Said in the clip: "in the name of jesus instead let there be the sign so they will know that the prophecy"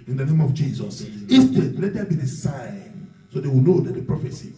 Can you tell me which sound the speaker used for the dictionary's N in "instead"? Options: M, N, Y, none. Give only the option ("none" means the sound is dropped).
none